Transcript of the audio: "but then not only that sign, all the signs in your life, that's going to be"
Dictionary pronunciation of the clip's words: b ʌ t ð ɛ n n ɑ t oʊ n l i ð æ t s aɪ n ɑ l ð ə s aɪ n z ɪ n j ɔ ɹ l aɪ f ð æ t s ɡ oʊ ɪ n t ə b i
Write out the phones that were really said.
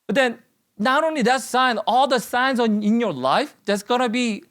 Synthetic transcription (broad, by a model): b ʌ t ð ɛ n n ɑ t oʊ n l i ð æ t s aɪ n ɑ l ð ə s aɪ n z ɪ n j ɔ ɹ l aɪ f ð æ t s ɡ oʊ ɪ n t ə b i